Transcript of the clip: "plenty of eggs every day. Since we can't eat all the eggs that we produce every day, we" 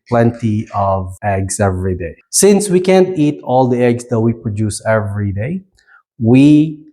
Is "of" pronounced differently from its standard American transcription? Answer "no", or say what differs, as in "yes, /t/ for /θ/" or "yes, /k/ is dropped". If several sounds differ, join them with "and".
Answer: no